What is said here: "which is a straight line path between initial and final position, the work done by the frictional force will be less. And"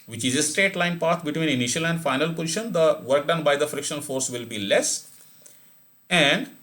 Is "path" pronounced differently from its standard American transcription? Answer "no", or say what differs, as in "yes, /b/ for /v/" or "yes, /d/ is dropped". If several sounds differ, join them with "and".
yes, /t/ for /θ/